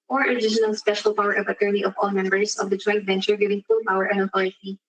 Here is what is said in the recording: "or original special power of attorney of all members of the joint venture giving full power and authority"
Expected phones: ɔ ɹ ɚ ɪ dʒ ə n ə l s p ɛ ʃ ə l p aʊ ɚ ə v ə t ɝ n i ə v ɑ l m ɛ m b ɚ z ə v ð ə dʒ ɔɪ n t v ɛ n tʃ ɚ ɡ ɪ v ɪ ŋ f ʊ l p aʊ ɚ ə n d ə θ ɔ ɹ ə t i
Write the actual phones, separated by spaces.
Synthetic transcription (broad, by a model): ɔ ɹ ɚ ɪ ʃ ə n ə l s p ɛ ʃ ə l p aʊ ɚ ə v ə t ɝ n i ə v ɑ l m ɛ m b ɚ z ə v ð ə dʒ ɔɪ n t v ɛ n tʃ ɚ ɡ ɪ v ɪ ŋ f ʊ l p aʊ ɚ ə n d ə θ ɔ ɹ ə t i